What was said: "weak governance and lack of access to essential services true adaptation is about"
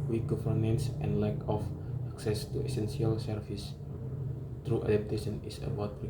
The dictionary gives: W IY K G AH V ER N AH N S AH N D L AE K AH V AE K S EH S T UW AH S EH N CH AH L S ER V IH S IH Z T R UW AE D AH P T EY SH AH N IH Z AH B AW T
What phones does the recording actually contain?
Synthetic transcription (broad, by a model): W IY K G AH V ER N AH N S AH N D L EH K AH F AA K S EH S T UW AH S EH N S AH L S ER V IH S T R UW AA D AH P T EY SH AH N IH S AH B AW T